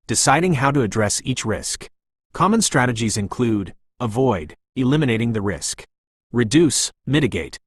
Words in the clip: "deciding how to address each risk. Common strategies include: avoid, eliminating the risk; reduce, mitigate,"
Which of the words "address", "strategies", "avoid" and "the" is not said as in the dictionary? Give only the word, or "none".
none